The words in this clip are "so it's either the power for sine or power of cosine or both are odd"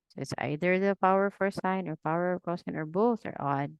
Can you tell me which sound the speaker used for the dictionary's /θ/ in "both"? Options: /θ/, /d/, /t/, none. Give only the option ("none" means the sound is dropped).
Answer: /θ/